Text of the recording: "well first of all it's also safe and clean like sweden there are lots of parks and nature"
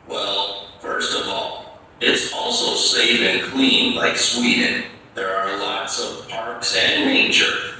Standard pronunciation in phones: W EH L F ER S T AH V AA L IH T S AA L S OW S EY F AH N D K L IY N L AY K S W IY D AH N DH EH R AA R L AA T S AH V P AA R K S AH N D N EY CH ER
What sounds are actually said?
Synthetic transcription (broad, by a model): W EH L F ER S T AH V AA L IH T S AA L S OW S EY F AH N K L IY N L AY K S W IY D N DH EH R AA R L AA T S AH V P AA R K S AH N N EY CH ER